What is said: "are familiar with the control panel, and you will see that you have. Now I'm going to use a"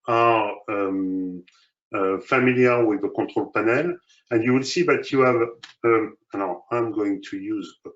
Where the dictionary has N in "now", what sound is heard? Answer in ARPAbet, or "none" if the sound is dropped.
L